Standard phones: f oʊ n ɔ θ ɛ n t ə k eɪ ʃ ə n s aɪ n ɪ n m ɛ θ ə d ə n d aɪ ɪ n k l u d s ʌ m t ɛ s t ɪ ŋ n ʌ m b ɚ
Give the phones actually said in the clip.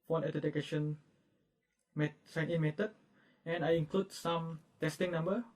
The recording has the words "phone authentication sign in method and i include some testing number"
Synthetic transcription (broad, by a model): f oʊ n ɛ t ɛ t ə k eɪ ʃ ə n s aɪ n ɪ n m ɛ t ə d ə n aɪ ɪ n k l u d s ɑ m t ɛ s t ɪ ŋ n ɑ m b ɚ